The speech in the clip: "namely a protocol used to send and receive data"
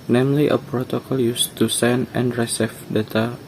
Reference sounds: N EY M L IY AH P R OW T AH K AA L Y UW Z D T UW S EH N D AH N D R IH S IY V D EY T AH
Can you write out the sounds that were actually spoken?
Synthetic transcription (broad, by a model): N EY M L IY AH P R OW T AH K AA L Y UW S T UW S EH N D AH N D R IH S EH F D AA T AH